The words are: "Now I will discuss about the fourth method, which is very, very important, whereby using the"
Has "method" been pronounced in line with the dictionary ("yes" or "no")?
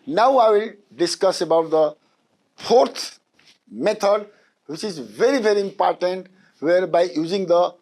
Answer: no